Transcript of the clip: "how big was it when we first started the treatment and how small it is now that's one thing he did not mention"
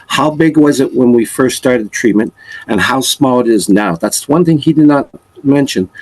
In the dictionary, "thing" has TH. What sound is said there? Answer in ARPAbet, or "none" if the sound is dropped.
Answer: TH